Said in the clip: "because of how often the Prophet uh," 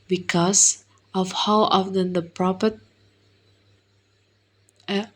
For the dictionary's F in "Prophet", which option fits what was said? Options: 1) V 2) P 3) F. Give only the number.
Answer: 2